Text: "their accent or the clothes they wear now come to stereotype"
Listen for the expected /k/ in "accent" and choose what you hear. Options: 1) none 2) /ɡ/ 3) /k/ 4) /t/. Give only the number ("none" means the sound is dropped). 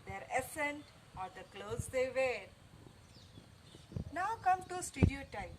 1